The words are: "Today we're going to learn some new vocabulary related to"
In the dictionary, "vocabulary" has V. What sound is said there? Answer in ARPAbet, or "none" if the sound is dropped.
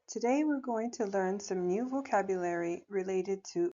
V